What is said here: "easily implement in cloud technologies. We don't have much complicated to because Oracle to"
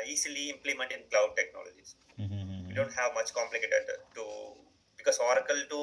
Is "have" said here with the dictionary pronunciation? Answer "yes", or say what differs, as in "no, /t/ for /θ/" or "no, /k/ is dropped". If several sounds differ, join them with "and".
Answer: yes